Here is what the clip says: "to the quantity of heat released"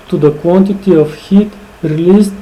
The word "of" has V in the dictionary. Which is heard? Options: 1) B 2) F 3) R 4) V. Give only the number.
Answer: 2